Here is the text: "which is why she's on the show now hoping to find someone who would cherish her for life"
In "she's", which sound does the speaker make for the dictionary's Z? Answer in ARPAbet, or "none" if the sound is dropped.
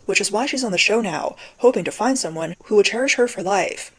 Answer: Z